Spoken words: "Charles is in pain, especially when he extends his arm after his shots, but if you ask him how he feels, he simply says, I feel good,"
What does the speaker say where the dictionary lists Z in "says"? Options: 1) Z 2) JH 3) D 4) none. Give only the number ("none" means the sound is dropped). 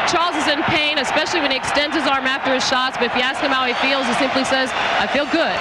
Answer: 1